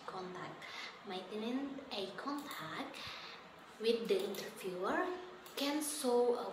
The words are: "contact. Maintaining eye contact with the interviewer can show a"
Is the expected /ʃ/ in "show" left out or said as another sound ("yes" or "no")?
yes